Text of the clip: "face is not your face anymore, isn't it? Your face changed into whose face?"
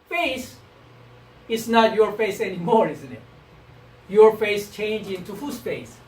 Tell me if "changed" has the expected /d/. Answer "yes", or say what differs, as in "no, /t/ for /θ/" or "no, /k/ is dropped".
no, /d/ is dropped